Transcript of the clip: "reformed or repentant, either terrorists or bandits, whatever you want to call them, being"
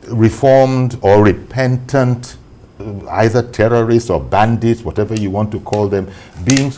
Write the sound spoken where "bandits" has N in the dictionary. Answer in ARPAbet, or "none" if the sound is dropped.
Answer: N